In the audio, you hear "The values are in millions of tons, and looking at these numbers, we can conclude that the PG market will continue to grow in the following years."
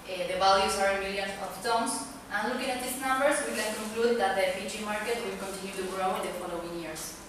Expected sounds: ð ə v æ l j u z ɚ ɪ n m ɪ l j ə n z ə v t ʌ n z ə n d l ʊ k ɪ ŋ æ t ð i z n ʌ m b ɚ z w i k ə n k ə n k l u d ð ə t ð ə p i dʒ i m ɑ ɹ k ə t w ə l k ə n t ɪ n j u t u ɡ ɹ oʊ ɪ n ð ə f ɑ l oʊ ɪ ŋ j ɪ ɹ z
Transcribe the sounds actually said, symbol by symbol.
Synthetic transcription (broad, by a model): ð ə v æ l j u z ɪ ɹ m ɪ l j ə n ə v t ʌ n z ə n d l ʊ k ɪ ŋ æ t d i s n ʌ m b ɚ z w i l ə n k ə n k l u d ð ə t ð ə f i tʃ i m ɑ ɹ k ə t w ə l k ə n t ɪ n j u t u ɡ ɹ oʊ ɪ n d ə f ɑ l oʊ ɪ ŋ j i ɹ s